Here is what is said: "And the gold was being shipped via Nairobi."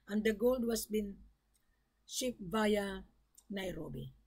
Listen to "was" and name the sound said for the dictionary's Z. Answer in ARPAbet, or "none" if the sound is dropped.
S